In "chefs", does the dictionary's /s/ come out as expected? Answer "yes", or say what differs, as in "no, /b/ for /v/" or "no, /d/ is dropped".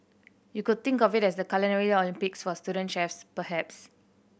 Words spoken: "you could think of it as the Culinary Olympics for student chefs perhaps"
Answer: yes